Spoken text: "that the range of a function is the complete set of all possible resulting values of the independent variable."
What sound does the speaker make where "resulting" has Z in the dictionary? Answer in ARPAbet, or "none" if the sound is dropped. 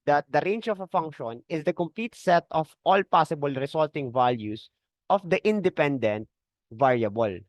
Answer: S